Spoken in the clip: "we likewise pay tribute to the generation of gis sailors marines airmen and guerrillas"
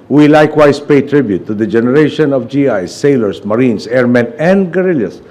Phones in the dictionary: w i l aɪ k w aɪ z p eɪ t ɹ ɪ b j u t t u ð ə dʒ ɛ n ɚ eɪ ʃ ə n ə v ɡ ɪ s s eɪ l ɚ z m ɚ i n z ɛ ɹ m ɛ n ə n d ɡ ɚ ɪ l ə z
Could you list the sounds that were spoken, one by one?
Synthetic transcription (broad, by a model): w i l aɪ k w aɪ s p eɪ t ɹ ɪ b j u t t u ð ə dʒ ɛ n ɚ eɪ ʃ ə n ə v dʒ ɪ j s eɪ l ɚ s m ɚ i n s ɛ ɹ m ɛ n ə n d ɡ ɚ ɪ l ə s